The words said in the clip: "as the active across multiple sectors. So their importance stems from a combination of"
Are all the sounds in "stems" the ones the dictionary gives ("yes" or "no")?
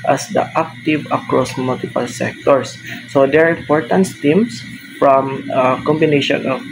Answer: no